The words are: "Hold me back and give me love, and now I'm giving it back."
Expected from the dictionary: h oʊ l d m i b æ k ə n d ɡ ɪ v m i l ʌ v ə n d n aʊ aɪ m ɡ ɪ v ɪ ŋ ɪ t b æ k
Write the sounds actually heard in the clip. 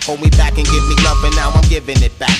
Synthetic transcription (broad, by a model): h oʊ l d m i b æ k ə n ɡ ɪ v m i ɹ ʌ p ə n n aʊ aɪ m ɡ ɪ v ɪ ŋ ɪ t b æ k